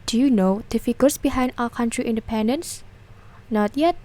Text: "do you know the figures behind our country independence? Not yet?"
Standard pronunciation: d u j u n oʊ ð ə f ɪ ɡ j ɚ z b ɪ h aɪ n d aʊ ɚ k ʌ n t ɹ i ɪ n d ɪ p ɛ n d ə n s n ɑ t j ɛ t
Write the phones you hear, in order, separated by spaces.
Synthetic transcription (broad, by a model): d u j u n oʊ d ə f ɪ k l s b ɪ h aɪ n d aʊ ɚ k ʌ n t ɹ i ɪ n d ɪ p ɛ n d ə n s n ɑ t j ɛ t